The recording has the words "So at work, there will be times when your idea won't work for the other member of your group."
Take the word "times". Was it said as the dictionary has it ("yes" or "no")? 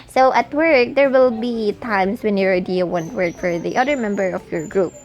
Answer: no